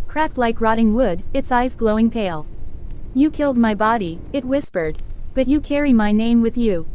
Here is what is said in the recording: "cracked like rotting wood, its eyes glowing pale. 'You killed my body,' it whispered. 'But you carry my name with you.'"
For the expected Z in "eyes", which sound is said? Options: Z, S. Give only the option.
Z